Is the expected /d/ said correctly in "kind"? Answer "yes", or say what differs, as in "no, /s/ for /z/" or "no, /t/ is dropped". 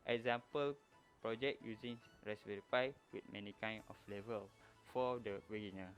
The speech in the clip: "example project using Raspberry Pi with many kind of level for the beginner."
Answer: no, /d/ is dropped